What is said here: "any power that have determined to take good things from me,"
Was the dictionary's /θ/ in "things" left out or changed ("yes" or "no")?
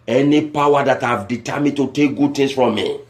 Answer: yes